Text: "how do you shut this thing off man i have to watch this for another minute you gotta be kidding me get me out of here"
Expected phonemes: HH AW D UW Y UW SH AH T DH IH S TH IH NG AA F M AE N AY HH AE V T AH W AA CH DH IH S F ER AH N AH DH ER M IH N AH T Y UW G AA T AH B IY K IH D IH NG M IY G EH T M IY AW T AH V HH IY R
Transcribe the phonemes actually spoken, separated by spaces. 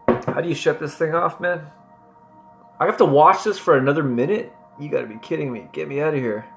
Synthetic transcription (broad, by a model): HH AW D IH Y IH SH AH T DH IH S TH IH NG AA F M AE N AY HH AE F T AH W AA CH DH IH S F ER AH N AH DH ER M IH N AH T Y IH G AA T AH B IY K IH D IH NG M IY G EH T M IY AW T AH HH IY R